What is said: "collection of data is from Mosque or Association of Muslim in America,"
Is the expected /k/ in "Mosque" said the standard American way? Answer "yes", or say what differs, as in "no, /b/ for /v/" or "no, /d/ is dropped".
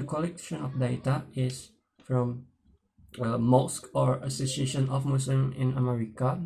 yes